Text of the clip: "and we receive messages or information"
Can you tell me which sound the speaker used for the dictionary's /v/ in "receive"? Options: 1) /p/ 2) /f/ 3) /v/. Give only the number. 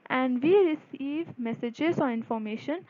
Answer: 3